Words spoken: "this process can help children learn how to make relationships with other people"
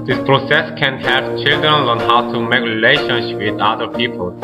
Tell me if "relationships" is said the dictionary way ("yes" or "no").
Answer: no